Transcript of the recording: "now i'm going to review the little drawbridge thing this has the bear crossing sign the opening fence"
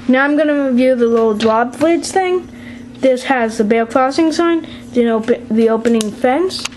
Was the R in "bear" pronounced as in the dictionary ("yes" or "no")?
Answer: no